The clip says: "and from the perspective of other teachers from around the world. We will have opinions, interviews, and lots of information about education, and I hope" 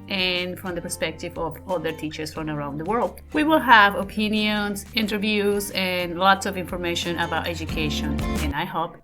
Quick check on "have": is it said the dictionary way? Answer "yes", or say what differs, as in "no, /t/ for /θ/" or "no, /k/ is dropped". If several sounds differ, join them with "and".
yes